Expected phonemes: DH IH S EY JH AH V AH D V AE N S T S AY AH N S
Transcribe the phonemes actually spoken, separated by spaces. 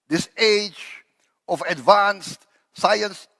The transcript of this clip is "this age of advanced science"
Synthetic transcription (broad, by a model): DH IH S EY JH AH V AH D V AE N S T S AY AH N S